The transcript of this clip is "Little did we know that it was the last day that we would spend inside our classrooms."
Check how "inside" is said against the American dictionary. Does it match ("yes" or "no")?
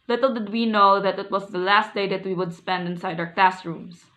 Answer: yes